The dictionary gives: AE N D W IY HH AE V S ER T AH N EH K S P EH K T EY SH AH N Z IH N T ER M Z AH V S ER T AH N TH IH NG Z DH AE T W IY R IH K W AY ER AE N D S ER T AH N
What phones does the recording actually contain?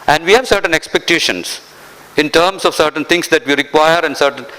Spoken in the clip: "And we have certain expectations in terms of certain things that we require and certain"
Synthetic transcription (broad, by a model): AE N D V IY HH AE V S ER T AH N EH K S P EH K T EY SH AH N S IH N T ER M S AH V S ER T AH N T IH NG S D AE T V IY R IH K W AY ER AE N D S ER T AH N